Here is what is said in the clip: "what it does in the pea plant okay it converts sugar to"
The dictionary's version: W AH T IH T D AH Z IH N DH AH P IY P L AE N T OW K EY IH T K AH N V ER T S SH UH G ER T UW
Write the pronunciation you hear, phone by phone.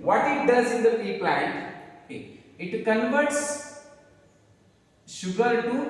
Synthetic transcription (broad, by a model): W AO T IH T D AH Z IH N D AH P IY P L AE N T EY IH T K AH N V ER T S SH UH G ER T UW